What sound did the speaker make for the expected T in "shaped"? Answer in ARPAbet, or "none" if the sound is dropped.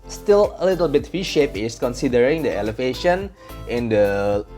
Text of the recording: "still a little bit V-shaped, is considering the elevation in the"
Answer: none